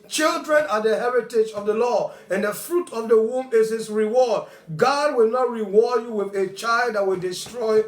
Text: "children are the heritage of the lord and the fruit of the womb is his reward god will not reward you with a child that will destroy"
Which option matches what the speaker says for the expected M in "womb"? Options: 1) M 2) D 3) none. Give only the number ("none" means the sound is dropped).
1